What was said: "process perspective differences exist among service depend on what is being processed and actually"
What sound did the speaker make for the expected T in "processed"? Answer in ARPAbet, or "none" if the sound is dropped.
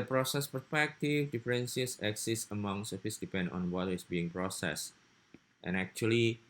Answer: T